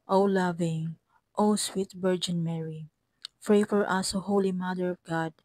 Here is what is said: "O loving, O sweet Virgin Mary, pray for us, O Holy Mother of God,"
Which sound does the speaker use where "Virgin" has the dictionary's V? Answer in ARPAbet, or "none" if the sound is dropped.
B